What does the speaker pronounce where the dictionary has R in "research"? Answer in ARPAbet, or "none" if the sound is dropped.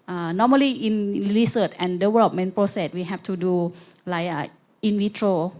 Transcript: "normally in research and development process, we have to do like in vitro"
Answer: L